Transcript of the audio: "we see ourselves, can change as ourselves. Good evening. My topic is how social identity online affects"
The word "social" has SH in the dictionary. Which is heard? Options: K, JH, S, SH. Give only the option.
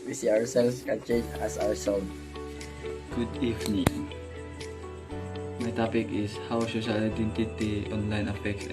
S